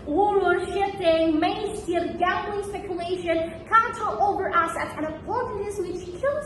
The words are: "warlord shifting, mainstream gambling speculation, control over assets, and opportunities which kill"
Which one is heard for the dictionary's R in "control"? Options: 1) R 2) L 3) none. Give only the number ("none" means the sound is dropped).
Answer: 3